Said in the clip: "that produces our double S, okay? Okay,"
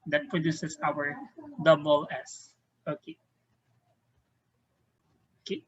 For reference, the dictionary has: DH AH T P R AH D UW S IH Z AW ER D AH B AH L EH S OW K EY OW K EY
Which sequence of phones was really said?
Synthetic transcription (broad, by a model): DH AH T P R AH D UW S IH S AW ER D AH B AH L EH S OW K EY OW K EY